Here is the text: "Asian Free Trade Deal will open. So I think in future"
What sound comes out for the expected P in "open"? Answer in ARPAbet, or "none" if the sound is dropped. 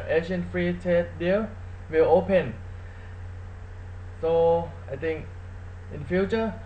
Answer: P